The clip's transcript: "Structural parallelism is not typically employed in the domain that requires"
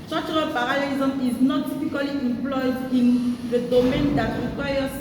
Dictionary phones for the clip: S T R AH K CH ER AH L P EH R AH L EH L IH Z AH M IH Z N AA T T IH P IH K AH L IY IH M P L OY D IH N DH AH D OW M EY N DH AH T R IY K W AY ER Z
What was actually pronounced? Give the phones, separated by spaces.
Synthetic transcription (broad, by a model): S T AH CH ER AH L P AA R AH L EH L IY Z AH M IH Z N AA T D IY F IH K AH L IY IH M P L OY D IH N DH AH D OW M EY N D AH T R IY K W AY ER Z